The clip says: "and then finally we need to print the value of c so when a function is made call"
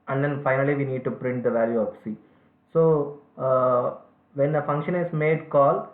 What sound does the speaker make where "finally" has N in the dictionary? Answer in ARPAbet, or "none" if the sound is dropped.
N